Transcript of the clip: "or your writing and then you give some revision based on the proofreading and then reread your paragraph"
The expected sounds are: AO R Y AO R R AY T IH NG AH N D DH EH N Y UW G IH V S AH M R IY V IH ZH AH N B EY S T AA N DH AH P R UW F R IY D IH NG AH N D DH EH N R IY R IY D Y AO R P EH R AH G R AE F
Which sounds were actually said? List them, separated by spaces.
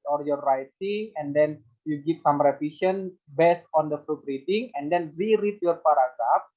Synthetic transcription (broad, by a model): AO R Y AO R R AY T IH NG AH N D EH N Y UW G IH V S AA M R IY F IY SH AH N B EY S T AA N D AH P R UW P R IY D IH NG AH N D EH N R IY R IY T Y AO R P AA R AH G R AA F